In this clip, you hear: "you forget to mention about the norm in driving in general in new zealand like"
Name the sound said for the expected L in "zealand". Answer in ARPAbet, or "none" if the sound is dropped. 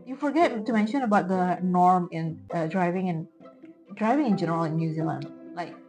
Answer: L